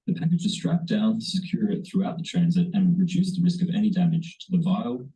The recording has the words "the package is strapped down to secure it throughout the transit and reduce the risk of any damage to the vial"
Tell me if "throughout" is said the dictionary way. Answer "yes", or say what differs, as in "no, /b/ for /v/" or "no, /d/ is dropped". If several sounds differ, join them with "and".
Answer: yes